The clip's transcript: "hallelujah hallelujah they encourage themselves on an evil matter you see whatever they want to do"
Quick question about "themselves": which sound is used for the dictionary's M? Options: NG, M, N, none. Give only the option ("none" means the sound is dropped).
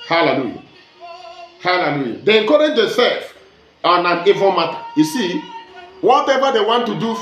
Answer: none